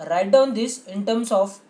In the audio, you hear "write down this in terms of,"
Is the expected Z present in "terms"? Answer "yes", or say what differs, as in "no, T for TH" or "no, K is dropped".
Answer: no, S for Z